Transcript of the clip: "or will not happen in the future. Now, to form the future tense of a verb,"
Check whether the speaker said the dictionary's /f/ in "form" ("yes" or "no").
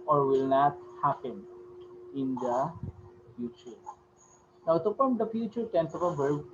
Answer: no